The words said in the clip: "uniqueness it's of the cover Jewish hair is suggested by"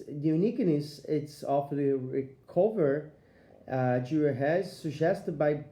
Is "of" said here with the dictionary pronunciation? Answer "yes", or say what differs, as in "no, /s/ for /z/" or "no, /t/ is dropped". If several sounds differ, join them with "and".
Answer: no, /f/ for /v/